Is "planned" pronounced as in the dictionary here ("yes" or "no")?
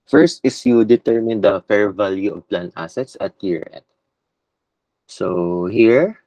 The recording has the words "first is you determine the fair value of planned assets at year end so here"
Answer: no